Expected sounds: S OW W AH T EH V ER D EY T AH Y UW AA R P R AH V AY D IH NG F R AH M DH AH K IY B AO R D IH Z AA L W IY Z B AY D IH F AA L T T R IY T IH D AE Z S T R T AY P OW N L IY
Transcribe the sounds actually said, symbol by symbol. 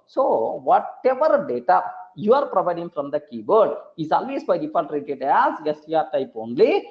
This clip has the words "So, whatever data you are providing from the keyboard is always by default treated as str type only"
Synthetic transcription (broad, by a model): S OW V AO T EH V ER D EY T AH Y UW AA R P R AH V AY D IH NG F R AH M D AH K IY B AO R D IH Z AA L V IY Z B AY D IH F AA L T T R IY T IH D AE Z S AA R T AY P OW N L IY